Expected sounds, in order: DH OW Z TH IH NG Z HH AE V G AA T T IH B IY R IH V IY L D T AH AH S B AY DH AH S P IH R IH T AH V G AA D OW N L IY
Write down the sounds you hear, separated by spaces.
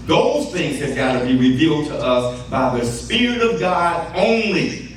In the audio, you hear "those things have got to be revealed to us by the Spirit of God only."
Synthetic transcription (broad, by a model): DH OW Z TH IH NG Z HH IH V G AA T T IH B IY R IH V IY L D T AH AH S B AY DH AH S P IH R IH T AH V G AA D OW N L IY